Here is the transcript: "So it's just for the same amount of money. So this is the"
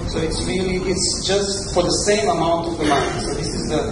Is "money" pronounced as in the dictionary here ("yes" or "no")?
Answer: no